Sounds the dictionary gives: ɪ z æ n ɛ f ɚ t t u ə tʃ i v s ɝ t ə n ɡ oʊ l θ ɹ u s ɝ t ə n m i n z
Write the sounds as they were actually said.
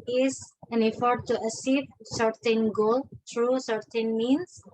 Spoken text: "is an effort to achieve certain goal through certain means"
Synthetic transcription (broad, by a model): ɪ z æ n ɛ f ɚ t t u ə s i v s ɝ t ə n ɡ oʊ l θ ɹ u s ɝ t ə n m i n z